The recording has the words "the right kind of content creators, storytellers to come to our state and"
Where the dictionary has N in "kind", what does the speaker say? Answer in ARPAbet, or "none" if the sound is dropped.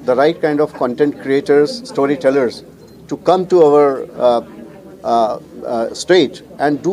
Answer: N